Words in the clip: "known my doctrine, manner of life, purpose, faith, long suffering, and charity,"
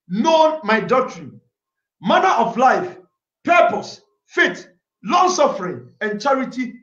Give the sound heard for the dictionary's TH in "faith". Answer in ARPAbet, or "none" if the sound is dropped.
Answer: T